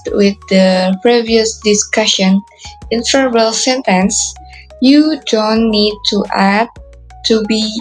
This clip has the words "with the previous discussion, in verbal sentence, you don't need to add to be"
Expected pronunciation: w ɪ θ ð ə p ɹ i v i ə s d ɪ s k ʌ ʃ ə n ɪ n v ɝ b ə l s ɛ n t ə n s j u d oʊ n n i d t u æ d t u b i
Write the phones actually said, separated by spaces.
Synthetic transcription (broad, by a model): w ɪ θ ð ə p ɹ i v i ə s d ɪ s k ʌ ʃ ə n ɪ n f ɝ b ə l s ɛ n t ə n s j u d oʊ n n i d t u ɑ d t u b i